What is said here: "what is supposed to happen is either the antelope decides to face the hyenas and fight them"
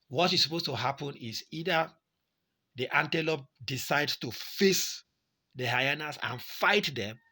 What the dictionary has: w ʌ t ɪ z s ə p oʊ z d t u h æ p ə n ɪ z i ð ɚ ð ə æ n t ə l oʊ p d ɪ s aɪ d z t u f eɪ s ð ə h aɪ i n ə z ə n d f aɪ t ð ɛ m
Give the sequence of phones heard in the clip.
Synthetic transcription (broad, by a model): w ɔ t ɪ s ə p oʊ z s t u h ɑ p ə n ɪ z i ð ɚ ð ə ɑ n t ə l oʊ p d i s aɪ d s t u f eɪ s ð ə h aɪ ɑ n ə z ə n f aɪ t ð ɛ m